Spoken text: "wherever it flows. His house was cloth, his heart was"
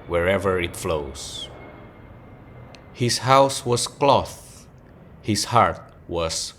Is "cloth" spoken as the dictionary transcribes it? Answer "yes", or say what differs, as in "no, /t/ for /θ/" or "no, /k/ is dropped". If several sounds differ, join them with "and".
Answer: yes